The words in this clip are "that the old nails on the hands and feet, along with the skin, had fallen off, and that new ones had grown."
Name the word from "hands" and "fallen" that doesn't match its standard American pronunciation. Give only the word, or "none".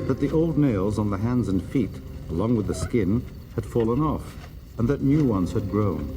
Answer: none